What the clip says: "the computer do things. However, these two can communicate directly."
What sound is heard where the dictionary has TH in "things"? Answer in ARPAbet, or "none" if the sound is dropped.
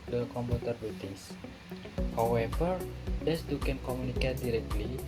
T